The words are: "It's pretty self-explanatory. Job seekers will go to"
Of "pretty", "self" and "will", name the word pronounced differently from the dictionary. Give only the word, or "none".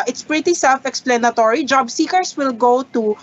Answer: none